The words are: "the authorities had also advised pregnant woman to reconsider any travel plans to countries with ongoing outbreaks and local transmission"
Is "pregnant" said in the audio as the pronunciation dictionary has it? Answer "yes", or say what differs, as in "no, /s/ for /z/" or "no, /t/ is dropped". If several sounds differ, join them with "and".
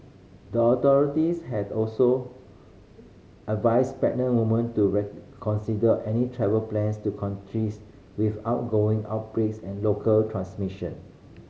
no, /ɹ/ is dropped